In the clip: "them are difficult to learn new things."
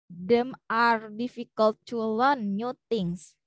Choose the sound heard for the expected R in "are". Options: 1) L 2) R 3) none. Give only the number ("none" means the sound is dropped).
2